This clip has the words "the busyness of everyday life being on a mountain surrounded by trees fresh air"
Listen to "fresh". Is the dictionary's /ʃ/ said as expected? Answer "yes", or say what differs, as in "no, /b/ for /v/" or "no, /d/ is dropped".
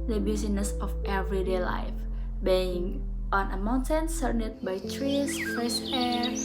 no, /s/ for /ʃ/